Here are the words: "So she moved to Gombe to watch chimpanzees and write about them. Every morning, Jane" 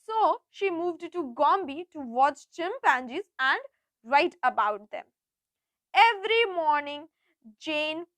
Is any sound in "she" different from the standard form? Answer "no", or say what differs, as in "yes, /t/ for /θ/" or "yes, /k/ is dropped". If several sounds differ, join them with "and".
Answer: no